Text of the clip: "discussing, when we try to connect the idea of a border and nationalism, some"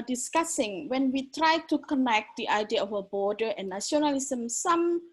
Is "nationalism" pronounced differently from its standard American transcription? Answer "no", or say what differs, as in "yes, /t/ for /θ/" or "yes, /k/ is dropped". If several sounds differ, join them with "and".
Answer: yes, /ʃ/ is dropped